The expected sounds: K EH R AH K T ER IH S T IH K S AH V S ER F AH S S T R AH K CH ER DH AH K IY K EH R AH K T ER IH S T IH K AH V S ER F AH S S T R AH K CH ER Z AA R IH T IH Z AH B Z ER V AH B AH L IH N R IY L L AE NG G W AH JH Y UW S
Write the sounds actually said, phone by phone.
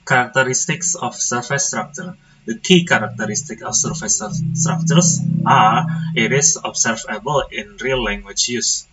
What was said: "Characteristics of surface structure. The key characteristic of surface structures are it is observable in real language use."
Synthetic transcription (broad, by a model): K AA R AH K T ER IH S T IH K S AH F S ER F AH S S T R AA K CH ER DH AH K IY K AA R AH K T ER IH S T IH K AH F S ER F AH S S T R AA K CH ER S AA R IH T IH S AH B S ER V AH B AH L IH N R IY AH L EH NG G W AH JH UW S